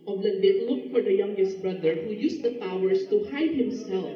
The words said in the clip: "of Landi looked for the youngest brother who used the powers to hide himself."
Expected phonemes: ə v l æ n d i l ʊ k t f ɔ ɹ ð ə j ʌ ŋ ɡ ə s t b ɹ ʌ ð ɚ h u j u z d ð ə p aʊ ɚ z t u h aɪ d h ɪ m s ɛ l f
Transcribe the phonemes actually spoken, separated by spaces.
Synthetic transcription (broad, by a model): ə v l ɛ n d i l ʊ k t f ɔ ɹ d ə j ʌ ŋ ɡ ə s t b ɹ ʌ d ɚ h u j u s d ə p aʊ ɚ s t u h aɪ d h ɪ m s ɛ l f